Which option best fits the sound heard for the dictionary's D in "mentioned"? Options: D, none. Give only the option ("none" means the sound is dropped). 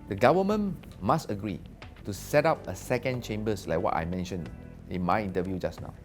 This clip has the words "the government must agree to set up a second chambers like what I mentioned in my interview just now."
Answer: none